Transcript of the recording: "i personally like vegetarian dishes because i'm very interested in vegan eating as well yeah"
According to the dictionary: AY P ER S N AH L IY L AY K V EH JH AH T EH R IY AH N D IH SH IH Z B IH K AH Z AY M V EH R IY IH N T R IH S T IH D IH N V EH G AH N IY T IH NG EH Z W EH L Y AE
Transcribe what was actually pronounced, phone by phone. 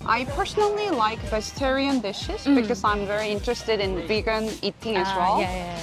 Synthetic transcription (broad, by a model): AY P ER S N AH L IY L AY K V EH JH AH T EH R IY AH N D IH SH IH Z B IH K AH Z AY M V EH R IY IH N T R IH S T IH D IH N B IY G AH N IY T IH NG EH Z W EH L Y